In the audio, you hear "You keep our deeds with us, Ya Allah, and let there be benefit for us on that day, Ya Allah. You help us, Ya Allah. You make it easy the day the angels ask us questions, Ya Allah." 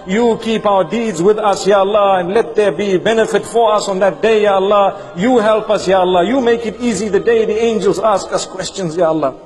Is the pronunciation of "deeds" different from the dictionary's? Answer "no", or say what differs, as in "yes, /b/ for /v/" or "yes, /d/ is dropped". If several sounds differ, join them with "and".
no